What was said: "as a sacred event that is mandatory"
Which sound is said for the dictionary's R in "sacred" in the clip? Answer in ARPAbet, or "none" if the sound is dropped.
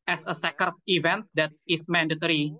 none